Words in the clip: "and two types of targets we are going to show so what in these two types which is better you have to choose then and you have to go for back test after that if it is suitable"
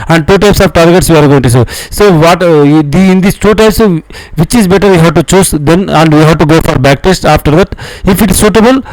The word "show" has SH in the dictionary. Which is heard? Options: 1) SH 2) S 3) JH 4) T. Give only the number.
2